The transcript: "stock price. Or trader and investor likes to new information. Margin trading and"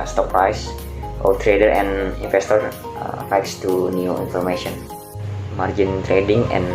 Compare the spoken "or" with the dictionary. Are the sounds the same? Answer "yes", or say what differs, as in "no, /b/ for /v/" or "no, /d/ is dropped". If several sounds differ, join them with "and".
no, /l/ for /ɹ/